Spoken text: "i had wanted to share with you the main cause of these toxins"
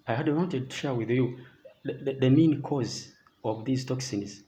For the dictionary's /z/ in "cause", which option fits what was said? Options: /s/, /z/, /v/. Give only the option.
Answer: /z/